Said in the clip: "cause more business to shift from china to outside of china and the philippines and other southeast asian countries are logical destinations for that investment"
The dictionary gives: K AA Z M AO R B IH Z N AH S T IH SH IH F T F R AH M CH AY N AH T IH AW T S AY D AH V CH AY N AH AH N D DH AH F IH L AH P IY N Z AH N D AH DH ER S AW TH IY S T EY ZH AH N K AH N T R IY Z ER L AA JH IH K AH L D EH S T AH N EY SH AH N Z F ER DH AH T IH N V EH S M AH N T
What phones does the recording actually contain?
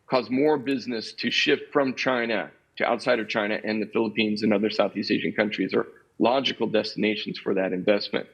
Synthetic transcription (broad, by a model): K AA Z M AO R B IH Z N AH S T IH SH IH F T F R AH M CH AY N AH T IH AW T S AY D AH V CH AY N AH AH N DH AH F IH L AH P IY N Z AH N AH DH ER S AW TH IY S T EY ZH AH N K AH N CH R IY Z ER L AA JH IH K L D EH S T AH N EY SH N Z F ER DH AH T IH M V EH S M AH N T